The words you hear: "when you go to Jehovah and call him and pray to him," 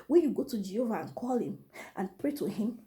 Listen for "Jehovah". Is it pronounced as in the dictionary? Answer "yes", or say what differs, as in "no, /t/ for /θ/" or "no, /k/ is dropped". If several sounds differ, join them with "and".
yes